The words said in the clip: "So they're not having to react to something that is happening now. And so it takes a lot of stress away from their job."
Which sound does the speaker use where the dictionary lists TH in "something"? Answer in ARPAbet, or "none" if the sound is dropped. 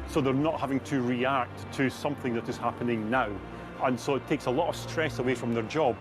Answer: TH